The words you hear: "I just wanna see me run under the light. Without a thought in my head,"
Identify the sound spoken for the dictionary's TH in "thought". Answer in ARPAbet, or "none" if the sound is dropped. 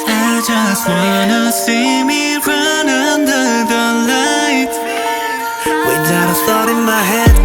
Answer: T